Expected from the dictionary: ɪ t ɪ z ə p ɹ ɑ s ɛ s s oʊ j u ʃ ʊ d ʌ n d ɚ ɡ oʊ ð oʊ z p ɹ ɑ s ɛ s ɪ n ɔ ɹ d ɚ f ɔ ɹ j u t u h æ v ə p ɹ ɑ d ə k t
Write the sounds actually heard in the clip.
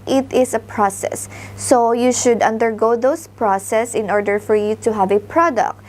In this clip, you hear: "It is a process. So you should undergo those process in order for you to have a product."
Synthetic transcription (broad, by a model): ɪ t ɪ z ə p ɹ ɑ s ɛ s s oʊ j u ʃ ʊ d ʌ n d ɚ ɡ oʊ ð oʊ s p ɹ ɑ s ɛ s ɪ n ɔ ɹ d ɚ f ɔ ɹ j u t u h æ v ə p ɹ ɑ d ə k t